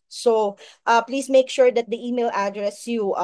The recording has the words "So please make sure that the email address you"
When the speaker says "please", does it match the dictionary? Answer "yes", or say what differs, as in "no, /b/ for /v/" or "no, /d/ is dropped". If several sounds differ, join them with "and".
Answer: no, /s/ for /z/